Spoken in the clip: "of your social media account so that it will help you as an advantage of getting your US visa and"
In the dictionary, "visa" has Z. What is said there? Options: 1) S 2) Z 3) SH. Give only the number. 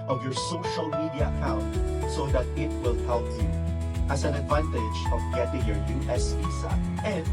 1